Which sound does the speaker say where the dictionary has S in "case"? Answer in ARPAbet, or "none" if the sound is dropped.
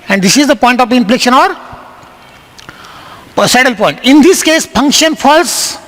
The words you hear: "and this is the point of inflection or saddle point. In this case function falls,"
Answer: S